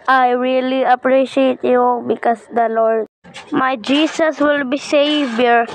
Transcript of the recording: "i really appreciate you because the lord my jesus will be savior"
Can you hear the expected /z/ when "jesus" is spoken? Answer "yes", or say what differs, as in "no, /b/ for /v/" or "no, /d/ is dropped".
no, /s/ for /z/